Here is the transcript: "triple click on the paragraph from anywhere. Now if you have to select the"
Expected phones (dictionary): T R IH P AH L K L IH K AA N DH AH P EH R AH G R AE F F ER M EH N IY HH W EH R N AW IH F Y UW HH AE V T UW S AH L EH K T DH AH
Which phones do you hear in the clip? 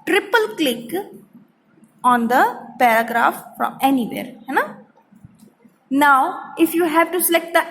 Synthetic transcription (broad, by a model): T R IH P AH L K L IH K AA N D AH P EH R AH G R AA F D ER M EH N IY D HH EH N N AW IH F Y UW HH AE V T UW S AH L EH K T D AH